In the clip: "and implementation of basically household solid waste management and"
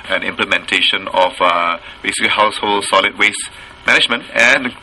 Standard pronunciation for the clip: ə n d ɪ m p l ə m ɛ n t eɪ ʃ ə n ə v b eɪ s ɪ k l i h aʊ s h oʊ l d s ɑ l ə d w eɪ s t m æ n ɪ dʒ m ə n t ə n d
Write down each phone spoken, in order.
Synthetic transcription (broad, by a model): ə n ɪ m p l ə m ɛ n t eɪ ʃ ə n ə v b eɪ s ɪ k l i h aʊ s h oʊ l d s ɑ l ə d w eɪ s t m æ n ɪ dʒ m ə n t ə n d